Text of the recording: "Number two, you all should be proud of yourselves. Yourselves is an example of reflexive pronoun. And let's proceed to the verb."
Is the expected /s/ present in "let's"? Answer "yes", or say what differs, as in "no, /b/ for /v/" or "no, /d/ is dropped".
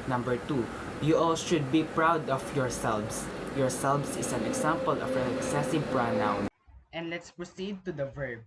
yes